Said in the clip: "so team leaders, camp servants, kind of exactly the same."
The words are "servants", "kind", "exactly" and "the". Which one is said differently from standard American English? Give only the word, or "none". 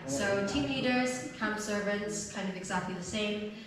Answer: none